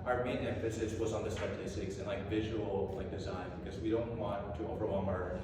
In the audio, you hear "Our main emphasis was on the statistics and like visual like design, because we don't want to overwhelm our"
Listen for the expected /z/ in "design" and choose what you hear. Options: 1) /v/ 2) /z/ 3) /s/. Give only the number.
2